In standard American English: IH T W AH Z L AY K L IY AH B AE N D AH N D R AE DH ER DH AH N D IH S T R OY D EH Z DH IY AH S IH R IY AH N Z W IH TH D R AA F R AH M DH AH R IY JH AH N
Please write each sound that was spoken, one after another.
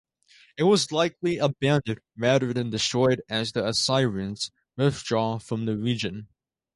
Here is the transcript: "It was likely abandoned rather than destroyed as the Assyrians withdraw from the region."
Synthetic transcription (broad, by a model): IH T W AH Z L AY K L IY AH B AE N D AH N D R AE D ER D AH N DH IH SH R OY D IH Z DH IY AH S IH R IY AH N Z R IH F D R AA F R AH M DH AH R IY JH AH N